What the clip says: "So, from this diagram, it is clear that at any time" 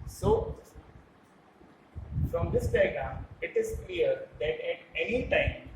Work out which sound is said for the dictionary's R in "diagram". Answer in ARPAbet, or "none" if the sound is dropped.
none